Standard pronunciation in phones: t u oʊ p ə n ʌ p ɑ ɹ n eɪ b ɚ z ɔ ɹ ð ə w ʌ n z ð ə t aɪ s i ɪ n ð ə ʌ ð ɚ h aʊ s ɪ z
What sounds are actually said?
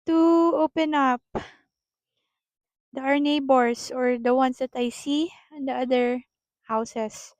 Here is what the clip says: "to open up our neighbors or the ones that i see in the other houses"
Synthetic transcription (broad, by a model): t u oʊ p ə n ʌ p ɑ ɹ n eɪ b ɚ s ɔ ɹ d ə w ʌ n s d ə t aɪ s i ɪ n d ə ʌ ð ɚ h aʊ s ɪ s